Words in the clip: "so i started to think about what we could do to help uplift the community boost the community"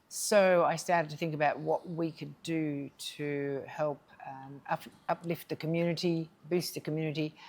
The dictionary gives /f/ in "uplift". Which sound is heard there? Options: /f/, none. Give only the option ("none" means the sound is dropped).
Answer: /f/